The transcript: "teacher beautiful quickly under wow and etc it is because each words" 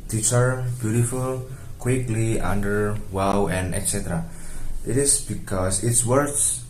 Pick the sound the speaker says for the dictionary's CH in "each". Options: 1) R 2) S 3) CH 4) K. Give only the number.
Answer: 2